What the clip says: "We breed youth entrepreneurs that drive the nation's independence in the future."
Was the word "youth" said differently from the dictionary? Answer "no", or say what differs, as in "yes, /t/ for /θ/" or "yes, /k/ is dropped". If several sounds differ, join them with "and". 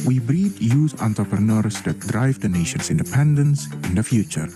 yes, /s/ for /θ/